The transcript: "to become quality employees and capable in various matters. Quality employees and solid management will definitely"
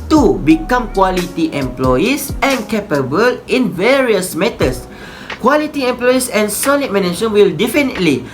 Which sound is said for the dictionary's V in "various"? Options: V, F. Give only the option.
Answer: V